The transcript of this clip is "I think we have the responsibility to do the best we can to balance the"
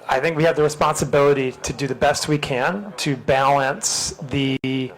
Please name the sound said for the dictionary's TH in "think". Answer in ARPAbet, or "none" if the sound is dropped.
TH